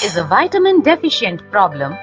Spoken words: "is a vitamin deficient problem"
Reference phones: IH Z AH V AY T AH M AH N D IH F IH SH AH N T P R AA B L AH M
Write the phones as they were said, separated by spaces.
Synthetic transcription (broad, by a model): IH Z AH V AY T AH M AH N D IH F IH SH AH N T P R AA B L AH M